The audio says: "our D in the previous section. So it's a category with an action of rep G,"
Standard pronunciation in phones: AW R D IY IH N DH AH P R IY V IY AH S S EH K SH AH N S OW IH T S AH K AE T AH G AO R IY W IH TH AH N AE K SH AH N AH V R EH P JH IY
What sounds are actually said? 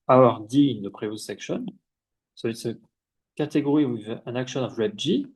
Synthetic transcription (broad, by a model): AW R D IY IH N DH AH P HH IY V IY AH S S EH K SH AH N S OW IH T S AH K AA T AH G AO R IY W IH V AH N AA K SH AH N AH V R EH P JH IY